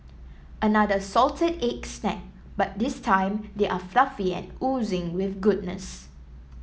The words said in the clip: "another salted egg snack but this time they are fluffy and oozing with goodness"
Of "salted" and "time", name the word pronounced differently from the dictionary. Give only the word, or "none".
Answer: none